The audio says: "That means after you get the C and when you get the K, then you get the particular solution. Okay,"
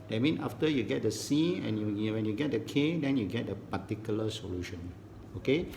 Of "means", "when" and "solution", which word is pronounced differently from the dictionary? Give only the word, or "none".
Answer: means